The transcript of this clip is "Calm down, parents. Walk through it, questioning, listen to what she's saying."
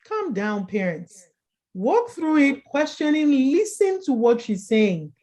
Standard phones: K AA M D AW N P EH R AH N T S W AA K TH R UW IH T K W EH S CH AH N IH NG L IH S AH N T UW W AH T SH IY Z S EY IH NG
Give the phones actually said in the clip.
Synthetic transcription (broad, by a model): K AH M D AW N P EH R AH N T S W AA K TH R UW IH T K W EH S CH AH N IH NG L IH S AH N T UW W AH T SH IY Z S EY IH NG